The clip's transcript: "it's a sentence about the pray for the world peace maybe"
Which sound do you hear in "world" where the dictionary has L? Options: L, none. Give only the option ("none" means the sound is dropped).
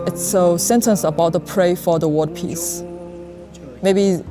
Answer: none